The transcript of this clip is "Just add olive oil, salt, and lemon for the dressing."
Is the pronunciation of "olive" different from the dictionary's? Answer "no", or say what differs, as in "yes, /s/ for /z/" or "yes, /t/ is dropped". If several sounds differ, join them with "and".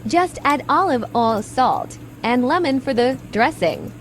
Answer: no